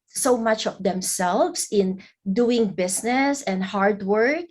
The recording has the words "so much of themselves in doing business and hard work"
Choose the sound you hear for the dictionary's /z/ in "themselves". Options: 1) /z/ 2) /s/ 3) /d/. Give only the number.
2